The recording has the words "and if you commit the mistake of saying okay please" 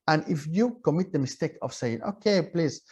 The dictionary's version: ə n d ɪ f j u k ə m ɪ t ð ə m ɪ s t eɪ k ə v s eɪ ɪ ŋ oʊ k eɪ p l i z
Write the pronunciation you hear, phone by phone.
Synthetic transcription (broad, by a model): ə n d ɪ f j u k ə m ɪ t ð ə m ɪ s t eɪ k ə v s eɪ ɪ ŋ oʊ k eɪ p l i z